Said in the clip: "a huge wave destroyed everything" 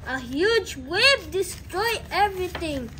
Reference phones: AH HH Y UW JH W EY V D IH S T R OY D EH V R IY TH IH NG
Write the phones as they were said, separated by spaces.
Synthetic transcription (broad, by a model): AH HH Y UW JH W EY B D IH S T R OY EH V R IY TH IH NG